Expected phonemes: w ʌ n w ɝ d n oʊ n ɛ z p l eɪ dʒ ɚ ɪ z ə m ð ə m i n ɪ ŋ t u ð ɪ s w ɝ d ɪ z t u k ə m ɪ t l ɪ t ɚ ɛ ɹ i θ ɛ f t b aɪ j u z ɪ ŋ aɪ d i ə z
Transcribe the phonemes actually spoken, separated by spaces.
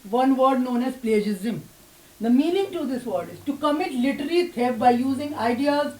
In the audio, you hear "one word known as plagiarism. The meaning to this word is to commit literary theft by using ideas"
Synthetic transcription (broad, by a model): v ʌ n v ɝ d n oʊ n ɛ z p l eɪ dʒ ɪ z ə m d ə m i n ɪ ŋ t u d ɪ s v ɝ d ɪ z t u k ə m ɪ t l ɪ t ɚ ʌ l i t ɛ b b aɪ j u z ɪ ŋ aɪ d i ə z